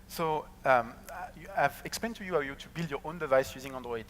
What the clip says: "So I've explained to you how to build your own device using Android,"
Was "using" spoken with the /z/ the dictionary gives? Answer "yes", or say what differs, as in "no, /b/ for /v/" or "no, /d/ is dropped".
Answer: yes